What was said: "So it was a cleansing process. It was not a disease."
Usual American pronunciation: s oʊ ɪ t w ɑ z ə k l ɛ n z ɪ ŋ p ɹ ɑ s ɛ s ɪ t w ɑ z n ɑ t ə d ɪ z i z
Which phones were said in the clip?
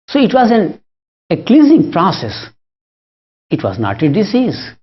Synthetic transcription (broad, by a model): s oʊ ɪ t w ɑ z ə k l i z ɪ ŋ p ɹ ɑ s ɛ s ɪ t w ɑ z n ɑ t ə d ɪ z i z